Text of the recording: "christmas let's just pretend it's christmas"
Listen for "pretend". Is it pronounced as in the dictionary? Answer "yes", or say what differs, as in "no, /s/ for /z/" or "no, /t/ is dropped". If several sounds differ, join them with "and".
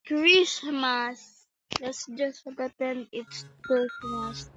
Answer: no, /ɹ/ is dropped